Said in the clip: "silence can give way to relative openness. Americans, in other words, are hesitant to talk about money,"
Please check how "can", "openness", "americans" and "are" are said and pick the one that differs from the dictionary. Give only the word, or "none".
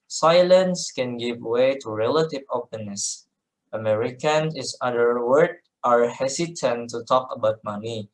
americans